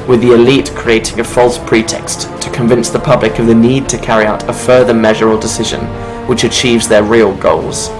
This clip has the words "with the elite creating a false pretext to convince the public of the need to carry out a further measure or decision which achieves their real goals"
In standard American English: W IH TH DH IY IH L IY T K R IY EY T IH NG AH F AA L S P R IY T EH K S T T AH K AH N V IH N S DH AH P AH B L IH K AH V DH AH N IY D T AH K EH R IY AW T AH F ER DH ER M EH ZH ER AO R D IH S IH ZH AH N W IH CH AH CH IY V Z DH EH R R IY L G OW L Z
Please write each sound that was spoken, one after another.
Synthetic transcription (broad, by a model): W IH DH IY IH L IY T K R IY EY T IH NG AH F AA L S P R IY T EH K S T T AH K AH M V IH N S DH AH P AH B L IH K AH V DH AH N IY D T AH K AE R IY AW T AH F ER DH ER M EH ZH ER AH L D IH S IH ZH AH N W IH CH AH CH IY V Z DH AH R R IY L G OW L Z